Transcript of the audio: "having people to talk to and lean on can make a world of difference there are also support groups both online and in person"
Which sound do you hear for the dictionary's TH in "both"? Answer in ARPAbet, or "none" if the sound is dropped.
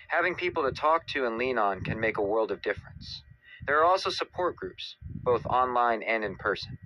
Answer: TH